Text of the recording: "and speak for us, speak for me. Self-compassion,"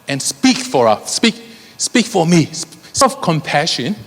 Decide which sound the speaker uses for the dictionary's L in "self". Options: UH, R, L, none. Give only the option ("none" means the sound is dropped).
none